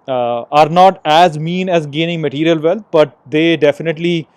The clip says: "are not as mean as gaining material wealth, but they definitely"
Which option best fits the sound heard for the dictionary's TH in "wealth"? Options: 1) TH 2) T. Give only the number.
2